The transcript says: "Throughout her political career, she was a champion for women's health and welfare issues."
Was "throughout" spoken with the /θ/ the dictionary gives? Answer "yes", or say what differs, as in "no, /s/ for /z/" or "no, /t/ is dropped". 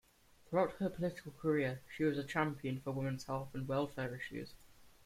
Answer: yes